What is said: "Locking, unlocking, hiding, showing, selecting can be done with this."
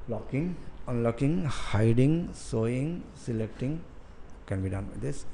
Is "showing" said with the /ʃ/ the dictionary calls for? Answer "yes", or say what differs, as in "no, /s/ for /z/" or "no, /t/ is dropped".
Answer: no, /s/ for /ʃ/